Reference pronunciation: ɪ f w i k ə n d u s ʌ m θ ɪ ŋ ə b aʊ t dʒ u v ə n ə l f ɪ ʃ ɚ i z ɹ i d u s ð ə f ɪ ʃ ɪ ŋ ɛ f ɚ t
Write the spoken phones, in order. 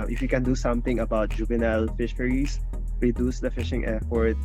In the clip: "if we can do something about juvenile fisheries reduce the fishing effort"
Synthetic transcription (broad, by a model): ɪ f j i k ə n d u s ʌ m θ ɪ ŋ ə b aʊ t dʒ u v ə n ə l f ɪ ʃ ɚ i s ɹ i d u s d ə f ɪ ʃ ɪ ŋ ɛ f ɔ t